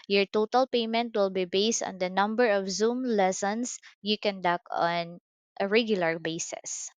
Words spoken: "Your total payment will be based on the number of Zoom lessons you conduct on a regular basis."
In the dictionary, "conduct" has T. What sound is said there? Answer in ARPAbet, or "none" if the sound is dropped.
none